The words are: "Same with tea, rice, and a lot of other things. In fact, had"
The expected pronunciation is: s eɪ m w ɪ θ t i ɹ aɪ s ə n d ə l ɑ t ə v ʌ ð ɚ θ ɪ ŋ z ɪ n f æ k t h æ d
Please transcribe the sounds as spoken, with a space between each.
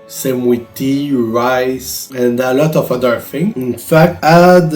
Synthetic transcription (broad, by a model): s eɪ m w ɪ t i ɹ aɪ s ə n d ə l ɑ t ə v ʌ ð ɚ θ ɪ ŋ ɪ n f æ k t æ d